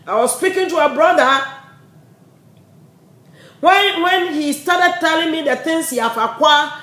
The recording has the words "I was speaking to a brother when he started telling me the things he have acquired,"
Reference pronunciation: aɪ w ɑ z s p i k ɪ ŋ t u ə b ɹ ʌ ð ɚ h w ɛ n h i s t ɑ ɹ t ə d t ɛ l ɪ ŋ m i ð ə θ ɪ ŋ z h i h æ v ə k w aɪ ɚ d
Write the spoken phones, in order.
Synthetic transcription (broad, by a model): aɪ w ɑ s s p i k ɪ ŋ t u ə b ɹ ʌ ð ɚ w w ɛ n h i s t ɑ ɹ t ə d t ɛ l ɪ ŋ m i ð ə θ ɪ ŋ s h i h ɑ f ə k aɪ